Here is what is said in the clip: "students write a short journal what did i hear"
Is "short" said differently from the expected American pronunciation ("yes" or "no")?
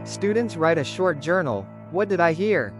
no